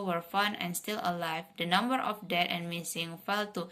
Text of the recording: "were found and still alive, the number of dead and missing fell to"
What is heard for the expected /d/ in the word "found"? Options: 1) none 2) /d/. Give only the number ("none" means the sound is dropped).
1